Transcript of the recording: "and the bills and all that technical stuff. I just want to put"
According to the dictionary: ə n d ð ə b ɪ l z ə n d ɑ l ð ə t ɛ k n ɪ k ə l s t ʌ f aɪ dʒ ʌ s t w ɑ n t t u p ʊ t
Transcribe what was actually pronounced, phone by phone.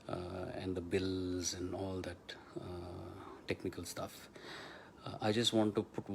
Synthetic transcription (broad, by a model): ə n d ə b ɪ l z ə n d ɑ l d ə t ɛ k n ɪ k ə l s t ʌ f aɪ dʒ ʌ s t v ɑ n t t u p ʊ t